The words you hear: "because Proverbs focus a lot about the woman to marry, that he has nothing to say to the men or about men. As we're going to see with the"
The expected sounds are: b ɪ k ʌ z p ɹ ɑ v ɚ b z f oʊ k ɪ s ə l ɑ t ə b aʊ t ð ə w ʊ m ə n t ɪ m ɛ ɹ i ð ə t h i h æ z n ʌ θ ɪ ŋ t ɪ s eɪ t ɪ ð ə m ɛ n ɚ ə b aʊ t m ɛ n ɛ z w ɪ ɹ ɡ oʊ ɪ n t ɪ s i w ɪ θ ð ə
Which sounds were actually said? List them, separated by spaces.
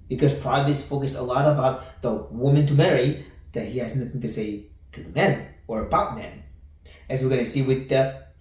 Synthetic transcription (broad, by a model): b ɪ k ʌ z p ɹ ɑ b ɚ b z f oʊ k ɪ s ə l ɑ t ə b aʊ t ð ə w ʊ m ə n t ɪ m ɛ ɹ i ð ə t h i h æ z n ʌ θ ɪ ŋ t ɪ s eɪ t ɪ ð ə m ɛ n ɚ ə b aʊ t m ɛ n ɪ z w ɪ ɹ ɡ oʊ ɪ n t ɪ s i w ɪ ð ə